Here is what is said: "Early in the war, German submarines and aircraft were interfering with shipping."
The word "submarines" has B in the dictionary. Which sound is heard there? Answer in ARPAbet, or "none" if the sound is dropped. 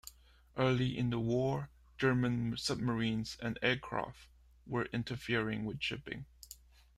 B